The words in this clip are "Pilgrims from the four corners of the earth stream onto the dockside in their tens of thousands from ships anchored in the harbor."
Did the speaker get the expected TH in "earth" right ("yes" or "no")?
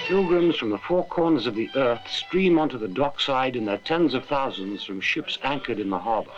yes